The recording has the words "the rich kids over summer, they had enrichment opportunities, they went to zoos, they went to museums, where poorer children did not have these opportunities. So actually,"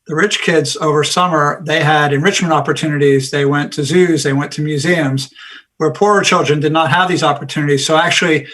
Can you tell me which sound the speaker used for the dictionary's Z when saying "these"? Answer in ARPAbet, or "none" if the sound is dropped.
Z